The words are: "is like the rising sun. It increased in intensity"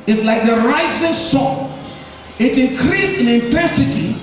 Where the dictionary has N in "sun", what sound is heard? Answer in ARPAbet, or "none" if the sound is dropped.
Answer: none